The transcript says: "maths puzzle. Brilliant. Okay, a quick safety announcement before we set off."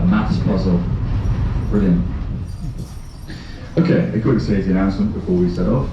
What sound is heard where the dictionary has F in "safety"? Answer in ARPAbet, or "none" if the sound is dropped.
none